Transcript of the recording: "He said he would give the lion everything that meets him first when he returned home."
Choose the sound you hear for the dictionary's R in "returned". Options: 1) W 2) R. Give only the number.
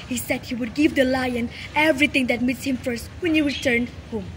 1